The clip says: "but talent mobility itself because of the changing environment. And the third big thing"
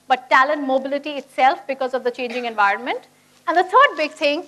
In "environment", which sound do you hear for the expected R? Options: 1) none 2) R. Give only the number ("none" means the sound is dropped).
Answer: 2